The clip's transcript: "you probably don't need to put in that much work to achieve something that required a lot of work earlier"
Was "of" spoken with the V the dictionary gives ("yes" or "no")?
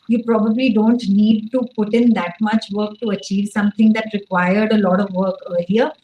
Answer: yes